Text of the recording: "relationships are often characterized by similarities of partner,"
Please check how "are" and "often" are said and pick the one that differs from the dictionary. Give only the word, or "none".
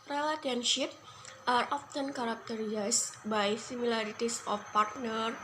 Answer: none